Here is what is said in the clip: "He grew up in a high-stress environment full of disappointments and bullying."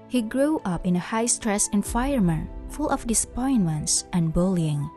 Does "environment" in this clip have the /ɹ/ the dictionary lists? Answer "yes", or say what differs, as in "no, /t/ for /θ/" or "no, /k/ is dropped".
no, /ɹ/ is dropped